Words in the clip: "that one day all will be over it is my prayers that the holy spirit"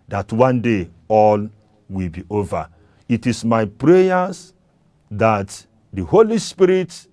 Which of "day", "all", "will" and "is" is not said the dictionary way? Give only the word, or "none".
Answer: is